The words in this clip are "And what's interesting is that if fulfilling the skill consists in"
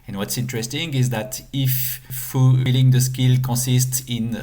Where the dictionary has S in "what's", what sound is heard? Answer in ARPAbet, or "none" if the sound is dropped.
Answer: S